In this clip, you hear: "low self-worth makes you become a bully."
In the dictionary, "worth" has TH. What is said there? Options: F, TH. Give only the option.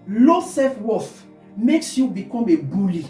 F